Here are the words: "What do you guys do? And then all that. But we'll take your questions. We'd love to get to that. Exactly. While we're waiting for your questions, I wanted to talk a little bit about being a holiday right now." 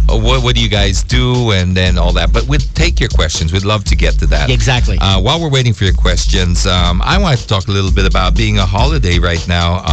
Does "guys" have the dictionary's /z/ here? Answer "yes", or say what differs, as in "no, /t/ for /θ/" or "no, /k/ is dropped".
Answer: yes